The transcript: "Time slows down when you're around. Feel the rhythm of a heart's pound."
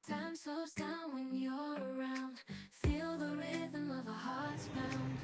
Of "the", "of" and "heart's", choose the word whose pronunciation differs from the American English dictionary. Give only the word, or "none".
none